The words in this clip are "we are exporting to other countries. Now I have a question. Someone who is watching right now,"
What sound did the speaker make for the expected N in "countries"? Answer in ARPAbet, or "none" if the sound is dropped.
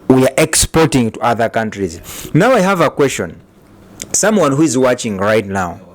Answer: N